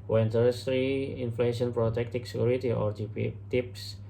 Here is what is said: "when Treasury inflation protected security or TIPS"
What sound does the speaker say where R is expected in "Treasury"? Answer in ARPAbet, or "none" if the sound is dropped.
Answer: none